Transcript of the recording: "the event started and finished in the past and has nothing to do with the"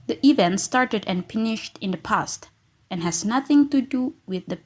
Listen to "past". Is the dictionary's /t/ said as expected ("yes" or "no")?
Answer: yes